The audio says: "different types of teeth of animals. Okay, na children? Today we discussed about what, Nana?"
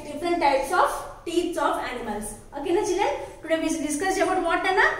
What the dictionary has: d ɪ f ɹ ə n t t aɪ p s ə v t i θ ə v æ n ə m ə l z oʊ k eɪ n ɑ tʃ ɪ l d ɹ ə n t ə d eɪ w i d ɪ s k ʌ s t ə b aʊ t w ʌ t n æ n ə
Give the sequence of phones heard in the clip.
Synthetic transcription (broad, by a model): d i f ɹ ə n t t aɪ p s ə f t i s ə f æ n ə m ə l s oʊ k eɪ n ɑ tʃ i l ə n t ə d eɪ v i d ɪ s k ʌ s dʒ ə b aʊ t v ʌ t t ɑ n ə